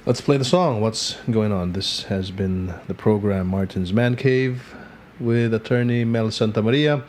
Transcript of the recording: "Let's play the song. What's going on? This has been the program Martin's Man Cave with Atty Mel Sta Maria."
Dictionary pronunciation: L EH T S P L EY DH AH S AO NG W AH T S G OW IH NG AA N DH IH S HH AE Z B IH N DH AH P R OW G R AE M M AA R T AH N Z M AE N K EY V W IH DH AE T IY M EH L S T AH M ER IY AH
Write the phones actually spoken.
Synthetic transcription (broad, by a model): L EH T S P L EY DH AH S AO NG W AH T S G OW IH NG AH N DH IH S HH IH Z B IH N DH AH P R OW G R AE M M AA R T N Z M AE N K EY V W IH DH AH T IY M EH L S T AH M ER IY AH